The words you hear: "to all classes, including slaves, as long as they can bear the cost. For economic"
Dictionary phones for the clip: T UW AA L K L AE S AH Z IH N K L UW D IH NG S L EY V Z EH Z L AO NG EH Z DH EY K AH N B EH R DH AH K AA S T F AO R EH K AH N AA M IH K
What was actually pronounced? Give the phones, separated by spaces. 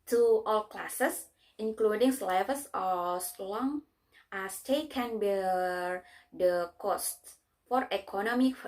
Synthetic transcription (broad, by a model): T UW AA L K L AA S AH S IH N K L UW D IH NG S L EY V S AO S L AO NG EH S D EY K AH N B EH R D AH K AA S T F AO R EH K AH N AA M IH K